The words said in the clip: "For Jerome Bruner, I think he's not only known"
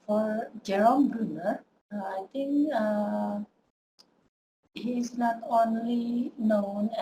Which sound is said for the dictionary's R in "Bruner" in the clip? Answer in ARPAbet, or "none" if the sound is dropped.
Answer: R